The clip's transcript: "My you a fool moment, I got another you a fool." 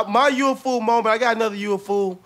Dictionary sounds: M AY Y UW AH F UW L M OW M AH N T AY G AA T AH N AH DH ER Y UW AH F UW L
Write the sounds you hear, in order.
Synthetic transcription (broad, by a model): M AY Y UW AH F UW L M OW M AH T AY G AA T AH N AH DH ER Y UW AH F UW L